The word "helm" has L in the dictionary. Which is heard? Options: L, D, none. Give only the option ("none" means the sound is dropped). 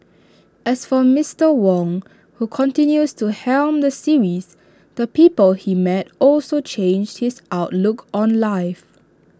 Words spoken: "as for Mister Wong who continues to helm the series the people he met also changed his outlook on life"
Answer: L